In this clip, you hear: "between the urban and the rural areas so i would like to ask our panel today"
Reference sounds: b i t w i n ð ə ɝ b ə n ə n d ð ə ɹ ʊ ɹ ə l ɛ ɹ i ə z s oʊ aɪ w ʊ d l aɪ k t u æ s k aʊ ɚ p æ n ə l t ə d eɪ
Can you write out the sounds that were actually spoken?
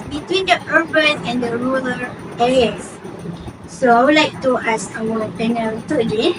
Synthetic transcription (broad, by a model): b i t w i n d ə ɝ b ə n ə n d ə ɹ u l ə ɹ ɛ ɹ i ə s s oʊ aɪ w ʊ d l aɪ k t u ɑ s aʊ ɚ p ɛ n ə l t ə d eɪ